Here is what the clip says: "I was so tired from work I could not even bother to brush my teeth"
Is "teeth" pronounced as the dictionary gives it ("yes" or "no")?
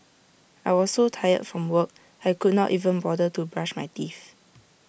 no